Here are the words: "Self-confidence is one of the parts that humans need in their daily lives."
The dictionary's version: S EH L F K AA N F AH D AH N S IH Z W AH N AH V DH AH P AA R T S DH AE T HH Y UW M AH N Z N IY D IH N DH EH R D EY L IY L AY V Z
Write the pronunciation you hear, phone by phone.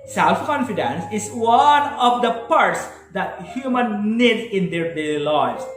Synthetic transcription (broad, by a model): S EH L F K AA N F AH D AH N S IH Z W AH N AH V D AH P AA R T S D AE T HH Y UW M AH N N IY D IH N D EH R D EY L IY L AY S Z